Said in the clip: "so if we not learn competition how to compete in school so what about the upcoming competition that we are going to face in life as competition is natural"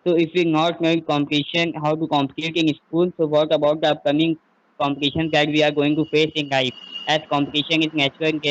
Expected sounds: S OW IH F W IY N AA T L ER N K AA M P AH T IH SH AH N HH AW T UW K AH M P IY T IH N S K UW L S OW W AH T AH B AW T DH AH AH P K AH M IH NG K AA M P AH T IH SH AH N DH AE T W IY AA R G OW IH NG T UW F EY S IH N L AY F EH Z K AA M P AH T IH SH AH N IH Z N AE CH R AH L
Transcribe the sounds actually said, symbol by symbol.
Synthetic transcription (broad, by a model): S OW IH F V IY N AA T N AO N K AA M P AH T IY SH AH N HH AW T UW K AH M P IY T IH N S K UW L S OW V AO T AH B AW T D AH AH P K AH M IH NG K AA M P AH T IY SH AH N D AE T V IY AA R G OW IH NG T UW F EY S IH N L AY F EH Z K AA M P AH T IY SH AH N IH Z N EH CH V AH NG